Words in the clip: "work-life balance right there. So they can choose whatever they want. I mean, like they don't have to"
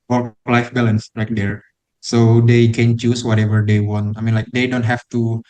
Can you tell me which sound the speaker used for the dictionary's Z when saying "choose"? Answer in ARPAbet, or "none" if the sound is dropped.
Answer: S